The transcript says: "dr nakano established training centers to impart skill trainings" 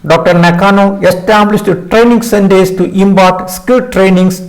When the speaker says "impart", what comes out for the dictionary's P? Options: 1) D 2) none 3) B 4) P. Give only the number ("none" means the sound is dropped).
3